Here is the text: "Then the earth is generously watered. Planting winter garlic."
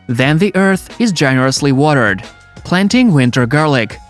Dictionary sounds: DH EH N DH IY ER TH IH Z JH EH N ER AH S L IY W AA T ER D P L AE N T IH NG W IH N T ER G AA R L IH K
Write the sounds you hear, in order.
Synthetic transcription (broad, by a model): DH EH N DH IY ER TH IH Z JH EH N ER AH S L IY W AA T ER D P L AE N T IH NG W IH N T ER G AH R L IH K